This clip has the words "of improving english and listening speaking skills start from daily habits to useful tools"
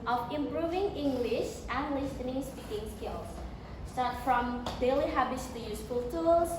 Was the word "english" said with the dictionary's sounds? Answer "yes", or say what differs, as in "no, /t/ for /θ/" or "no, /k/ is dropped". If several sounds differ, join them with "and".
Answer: yes